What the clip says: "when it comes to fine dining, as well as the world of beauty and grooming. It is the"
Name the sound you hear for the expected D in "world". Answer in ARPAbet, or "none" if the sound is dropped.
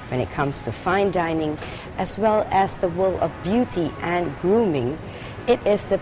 none